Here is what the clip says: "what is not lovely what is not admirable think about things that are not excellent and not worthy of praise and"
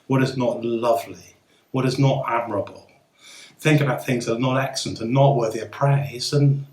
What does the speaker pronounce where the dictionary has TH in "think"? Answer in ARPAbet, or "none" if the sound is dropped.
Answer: TH